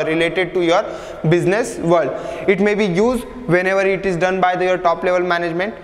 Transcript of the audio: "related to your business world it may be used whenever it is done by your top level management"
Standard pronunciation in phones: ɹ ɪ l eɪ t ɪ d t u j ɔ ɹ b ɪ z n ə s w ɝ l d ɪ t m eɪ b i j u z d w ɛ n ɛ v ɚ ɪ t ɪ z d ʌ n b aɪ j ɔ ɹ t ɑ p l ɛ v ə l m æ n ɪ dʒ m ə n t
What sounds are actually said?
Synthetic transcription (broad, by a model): ɹ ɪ l eɪ t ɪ d t u j ɔ ɹ b ɪ z n ə s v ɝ d ɪ t m eɪ b i j u z d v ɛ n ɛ v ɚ ɪ t ɪ z d ʌ n b aɪ j ɔ ɹ t ɑ p l ɛ v ə l m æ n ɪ dʒ m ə n t